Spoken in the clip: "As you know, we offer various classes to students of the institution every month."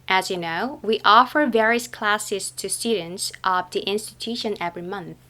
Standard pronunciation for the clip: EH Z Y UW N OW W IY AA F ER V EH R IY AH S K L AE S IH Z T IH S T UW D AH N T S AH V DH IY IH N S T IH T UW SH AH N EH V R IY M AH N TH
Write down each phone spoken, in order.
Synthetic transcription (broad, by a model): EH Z Y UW N OW W IY AA F ER V EH R IY AH S K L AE S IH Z T IH S T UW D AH N T S AH V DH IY IH N S T IH T UW SH AH N EH V R IY M AH N TH